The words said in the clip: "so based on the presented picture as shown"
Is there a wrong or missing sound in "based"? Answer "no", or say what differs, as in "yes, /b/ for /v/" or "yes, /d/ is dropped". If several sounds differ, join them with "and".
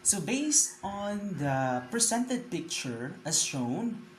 no